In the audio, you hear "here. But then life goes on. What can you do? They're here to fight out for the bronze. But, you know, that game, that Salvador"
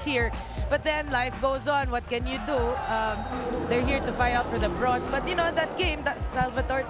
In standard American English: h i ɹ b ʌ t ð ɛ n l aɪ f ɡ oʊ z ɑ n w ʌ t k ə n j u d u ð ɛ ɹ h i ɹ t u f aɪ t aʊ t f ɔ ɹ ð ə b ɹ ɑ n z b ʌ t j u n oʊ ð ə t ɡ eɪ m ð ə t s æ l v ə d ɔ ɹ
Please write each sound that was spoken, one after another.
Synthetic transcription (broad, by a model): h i ɹ b ʌ t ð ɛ n l aɪ f ɡ oʊ z ɑ n w ʌ t k ə n j u d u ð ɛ ɹ h i ɹ t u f aɪ aʊ t f ɔ ɹ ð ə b ɹ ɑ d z b ʌ t j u n oʊ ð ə t ɡ eɪ m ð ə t s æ l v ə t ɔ ɹ